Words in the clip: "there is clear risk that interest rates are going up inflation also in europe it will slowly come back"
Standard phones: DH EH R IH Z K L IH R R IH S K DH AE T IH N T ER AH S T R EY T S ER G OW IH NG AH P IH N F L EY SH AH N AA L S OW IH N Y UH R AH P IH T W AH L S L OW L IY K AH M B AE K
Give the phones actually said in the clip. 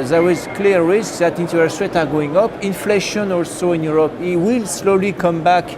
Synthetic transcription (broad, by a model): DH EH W IH Z K L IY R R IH S K DH AE T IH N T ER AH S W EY T ER G OW IH NG AH P IH N F L EY SH AH N AA L S OW IH N Y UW R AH P IH T W AH L S L OW L IY K AH M B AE K